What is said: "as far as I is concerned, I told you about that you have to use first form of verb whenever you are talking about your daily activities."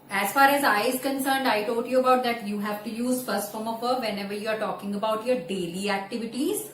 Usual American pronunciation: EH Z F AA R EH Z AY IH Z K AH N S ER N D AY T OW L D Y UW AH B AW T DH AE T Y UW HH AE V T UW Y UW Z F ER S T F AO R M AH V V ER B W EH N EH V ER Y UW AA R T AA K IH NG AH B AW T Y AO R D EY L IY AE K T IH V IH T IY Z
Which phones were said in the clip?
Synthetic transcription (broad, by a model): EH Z F AA R EH Z AY IH Z K AH N S ER N D AY T OW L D Y UW AH B AW T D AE T Y UW HH AE V T UW Y UW Z F ER S T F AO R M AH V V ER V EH N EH V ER Y UW AA R T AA K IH NG AH B AW T Y AO R D EY L IY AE K T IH V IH T IY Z